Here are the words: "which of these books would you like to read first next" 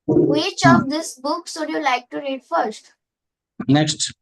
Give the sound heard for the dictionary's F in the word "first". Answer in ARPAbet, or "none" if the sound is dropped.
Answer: F